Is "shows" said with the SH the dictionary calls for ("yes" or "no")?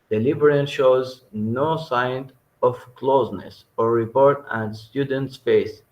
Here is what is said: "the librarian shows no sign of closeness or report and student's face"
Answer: yes